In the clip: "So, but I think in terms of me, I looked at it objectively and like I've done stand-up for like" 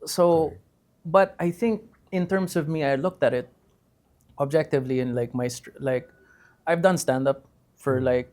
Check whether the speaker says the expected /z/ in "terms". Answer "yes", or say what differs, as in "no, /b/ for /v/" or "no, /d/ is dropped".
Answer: no, /s/ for /z/